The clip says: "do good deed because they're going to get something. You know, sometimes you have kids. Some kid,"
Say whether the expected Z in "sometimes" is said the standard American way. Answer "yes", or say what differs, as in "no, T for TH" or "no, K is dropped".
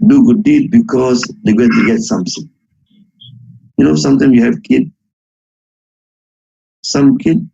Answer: no, Z is dropped